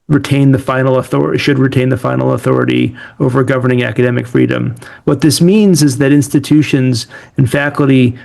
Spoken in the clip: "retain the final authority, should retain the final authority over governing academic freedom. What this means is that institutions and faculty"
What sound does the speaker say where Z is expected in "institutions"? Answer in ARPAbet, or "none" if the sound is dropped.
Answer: Z